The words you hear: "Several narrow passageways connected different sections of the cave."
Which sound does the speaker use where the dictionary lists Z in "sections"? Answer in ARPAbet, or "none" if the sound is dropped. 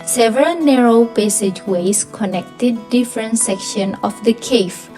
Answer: none